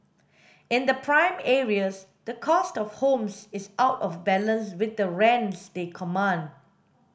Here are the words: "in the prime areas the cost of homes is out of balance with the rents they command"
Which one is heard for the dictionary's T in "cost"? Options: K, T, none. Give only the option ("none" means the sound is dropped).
T